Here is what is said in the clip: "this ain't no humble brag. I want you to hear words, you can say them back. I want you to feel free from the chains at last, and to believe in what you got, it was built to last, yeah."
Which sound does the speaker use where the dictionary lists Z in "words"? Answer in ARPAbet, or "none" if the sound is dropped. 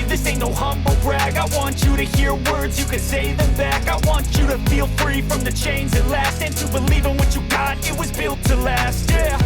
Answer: Z